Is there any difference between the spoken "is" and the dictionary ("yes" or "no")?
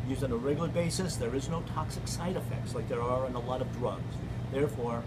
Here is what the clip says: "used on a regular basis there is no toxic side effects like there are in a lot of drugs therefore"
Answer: no